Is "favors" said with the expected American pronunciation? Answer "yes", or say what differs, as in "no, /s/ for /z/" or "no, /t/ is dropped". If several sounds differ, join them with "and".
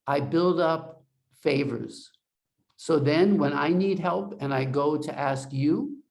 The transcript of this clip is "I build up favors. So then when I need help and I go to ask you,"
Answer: yes